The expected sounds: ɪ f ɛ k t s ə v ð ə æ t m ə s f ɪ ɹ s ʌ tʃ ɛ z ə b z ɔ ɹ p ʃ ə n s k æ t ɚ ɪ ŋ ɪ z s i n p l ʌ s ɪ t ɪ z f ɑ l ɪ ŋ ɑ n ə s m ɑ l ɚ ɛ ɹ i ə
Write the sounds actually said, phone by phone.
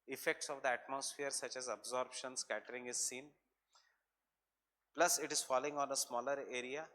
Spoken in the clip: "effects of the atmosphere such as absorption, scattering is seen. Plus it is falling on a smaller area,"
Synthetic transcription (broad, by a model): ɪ f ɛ k t s ə v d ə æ t m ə s f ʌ ɹ s ʌ tʃ ɛ z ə b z ɔ ɹ b ʃ ə n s k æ t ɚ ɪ ŋ ɪ z s i n p l ʌ s ɪ t ɪ z f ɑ l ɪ ŋ ɑ n ə s m ɑ l ɚ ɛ ɹ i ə